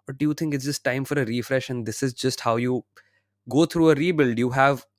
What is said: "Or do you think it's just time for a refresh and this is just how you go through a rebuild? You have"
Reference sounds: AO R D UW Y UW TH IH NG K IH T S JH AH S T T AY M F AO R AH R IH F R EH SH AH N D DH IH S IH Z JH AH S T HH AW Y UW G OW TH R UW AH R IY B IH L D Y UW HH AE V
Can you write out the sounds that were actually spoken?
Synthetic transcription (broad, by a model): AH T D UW Y UW T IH NG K IH T S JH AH S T T AY M F AO R AH R IH F R EH SH AH N D IH S IH Z JH AH S T HH AW Y UW G OW T R UW AH R IY B IH L D Y UW HH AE V